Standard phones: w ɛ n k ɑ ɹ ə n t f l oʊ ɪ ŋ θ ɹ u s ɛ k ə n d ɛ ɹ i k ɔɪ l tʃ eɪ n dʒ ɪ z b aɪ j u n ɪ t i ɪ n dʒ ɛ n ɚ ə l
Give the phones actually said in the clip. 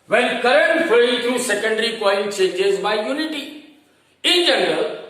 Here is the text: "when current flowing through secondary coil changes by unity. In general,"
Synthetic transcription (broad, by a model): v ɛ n k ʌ ɹ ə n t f oʊ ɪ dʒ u s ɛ k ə n d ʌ ɹ i k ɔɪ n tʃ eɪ dʒ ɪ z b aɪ j u n ɪ t i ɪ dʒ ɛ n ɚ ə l